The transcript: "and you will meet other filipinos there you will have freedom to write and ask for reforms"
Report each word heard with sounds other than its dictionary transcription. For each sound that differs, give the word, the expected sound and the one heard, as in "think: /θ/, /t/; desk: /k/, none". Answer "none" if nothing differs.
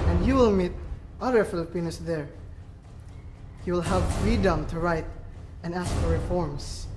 filipinos: /z/, /s/